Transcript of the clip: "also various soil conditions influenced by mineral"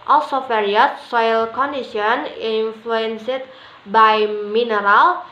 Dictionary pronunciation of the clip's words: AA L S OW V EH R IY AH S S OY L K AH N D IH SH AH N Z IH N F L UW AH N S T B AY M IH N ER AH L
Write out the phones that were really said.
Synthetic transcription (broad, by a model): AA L S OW F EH R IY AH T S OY L K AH N D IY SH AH N IY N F L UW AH N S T B AY M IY N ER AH L